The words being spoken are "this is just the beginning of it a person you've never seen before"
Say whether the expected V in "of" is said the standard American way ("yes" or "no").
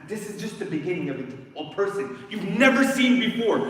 yes